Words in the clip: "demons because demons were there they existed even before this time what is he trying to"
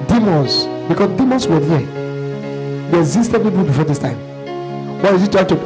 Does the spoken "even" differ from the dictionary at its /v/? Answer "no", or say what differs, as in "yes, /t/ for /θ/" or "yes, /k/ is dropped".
yes, /p/ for /v/